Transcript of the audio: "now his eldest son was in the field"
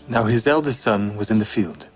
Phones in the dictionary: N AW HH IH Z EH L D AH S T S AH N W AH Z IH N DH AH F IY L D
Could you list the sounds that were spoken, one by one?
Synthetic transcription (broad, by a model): N AW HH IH Z EH L D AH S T S AH N W AH Z IH N DH AH F IY L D